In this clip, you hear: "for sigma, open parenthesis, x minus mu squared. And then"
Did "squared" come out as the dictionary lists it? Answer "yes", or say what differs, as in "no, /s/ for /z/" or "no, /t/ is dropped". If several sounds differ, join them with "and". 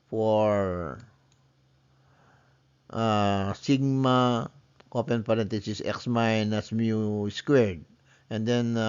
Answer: yes